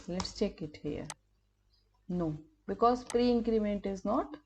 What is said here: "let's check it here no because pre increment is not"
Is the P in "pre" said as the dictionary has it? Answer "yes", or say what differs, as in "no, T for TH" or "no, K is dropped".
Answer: yes